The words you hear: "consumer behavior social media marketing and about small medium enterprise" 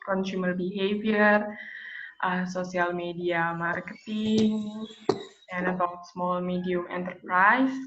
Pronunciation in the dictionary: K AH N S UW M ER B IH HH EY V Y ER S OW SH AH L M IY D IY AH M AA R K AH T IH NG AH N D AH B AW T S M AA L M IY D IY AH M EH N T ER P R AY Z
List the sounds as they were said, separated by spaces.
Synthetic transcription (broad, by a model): K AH N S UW M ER B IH HH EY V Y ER S OW S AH L M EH D IY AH M AA R K AH T IH NG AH N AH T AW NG S M AA L M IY D IY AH M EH N T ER P R AY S